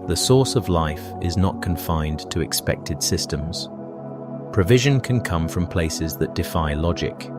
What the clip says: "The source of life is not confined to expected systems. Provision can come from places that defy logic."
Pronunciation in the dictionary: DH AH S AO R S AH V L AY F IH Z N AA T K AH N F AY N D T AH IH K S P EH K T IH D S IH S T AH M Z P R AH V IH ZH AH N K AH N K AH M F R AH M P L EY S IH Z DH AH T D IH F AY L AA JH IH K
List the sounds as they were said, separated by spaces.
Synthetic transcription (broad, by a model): DH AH S AO R S AH V L AY F IH Z N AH T K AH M F AY N T AH IH K S P EH K T IH D S IH S T AH M Z P R AH V IH ZH AH N K AH N K AH M F R AH M P L EY S IH Z DH AH T D IH F AY L AA JH IH K